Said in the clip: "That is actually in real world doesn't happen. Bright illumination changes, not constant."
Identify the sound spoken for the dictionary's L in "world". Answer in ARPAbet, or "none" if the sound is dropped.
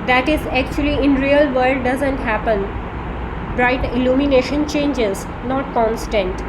none